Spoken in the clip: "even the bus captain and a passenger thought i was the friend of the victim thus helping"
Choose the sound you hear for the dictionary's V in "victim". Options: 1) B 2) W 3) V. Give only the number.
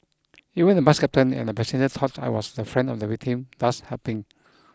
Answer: 2